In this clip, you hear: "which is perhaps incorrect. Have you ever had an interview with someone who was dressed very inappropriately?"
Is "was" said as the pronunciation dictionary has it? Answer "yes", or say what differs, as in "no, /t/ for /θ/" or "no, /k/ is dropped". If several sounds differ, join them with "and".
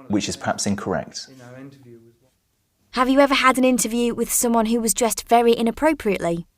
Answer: yes